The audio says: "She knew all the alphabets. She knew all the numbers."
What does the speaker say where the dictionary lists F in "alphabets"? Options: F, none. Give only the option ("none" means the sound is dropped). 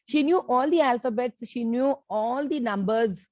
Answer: F